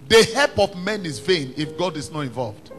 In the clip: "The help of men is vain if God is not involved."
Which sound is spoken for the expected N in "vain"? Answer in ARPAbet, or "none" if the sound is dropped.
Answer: N